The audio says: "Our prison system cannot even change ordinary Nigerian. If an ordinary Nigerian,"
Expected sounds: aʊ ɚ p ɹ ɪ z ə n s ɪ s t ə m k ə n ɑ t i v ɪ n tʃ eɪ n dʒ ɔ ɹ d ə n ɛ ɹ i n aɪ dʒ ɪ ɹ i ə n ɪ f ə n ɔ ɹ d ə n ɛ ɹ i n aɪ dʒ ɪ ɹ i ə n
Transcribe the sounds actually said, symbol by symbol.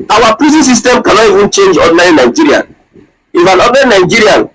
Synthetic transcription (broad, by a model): aʊ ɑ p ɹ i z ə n s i s t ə m k ə n ɑ t i v ɪ n tʃ eɪ n dʒ ɔ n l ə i n aɪ dʒ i ɹ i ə n ɪ f ə n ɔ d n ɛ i n aɪ dʒ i ɹ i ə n